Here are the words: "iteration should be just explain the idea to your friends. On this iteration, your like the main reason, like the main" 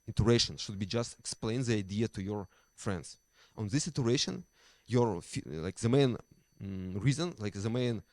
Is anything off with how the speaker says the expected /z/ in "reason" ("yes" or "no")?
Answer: no